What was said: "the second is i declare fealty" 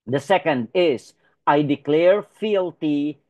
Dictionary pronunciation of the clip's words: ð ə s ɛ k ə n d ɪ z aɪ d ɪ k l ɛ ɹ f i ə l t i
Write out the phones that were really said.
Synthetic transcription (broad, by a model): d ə s ɛ k ə n d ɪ s aɪ d ɪ k l ɛ ɹ f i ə l t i